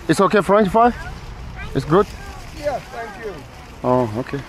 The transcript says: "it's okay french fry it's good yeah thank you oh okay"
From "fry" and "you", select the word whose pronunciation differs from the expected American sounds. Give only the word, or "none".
fry